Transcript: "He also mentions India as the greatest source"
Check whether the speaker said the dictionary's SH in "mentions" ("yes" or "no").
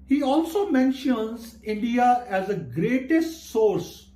yes